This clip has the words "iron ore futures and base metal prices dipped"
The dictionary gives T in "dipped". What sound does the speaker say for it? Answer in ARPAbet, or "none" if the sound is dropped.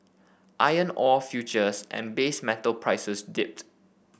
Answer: T